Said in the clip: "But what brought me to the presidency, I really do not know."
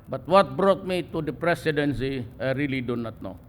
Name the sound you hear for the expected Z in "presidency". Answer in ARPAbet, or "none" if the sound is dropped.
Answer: S